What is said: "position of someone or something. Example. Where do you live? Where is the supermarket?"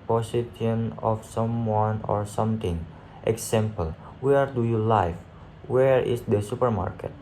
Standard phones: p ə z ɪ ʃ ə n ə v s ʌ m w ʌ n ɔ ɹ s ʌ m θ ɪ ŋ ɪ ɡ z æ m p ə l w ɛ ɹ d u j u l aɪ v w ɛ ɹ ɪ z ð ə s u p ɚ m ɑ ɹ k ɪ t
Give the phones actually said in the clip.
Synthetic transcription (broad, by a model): p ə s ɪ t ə n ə f s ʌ m w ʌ n ɔ ɹ s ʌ m t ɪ ŋ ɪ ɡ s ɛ m p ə l w ɛ ɹ d u j u l aɪ f w ɛ ɹ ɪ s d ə s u p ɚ m ɑ ɹ k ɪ t